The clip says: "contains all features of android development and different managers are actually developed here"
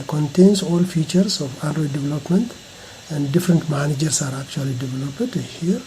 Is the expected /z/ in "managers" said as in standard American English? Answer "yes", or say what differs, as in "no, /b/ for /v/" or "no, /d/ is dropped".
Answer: no, /s/ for /z/